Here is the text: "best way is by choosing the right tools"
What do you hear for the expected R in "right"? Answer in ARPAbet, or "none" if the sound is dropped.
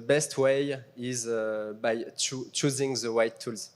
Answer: W